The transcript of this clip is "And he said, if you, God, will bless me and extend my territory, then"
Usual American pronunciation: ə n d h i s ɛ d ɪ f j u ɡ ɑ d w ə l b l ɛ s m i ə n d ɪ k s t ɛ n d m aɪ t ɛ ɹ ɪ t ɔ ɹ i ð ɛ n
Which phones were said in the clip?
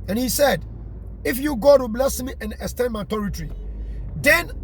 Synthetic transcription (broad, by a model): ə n h i s ɛ d ɪ f j u ɡ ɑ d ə b l ɛ s m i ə n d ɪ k s t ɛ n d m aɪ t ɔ ɹ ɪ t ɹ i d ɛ n